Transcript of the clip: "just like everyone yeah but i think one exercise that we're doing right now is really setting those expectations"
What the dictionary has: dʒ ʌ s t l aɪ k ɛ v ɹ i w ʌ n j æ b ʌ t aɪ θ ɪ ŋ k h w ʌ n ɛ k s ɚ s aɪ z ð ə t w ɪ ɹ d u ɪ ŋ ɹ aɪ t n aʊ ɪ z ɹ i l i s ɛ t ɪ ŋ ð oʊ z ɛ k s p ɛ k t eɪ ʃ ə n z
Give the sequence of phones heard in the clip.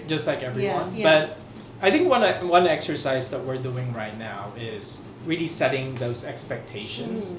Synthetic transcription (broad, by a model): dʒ ʌ s t l aɪ k ɛ v ɹ i w ʌ n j b ʌ t aɪ θ ɪ ŋ k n w ʌ n ɛ k s ɚ s aɪ z ð ə t w ɪ ɹ d u ɪ ŋ ɹ aɪ t n aʊ ɪ z ɹ i l i s ɛ t ɪ ŋ ð oʊ z ɛ k s p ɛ k t eɪ ʃ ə n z